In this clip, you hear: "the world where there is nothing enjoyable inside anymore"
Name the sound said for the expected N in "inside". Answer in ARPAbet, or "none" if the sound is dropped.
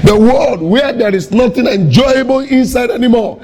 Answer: N